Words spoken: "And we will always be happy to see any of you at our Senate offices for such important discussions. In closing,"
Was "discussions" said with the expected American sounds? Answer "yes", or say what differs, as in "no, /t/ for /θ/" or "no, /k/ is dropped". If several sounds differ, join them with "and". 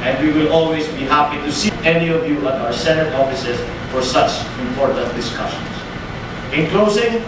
no, /s/ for /z/